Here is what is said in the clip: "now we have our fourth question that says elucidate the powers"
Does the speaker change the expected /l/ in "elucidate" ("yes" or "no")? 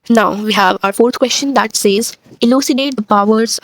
no